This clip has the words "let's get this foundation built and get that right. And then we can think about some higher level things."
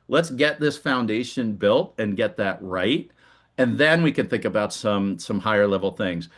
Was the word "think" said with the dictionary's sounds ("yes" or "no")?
yes